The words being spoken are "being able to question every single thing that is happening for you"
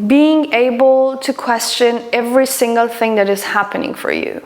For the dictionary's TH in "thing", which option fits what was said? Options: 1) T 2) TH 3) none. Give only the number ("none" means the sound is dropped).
2